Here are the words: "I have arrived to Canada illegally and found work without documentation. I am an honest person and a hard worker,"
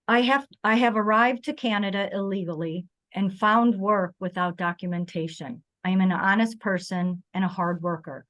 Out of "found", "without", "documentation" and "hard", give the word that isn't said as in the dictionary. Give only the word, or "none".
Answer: none